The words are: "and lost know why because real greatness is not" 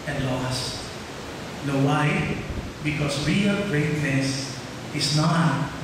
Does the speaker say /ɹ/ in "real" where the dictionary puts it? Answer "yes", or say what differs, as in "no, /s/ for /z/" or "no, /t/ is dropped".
yes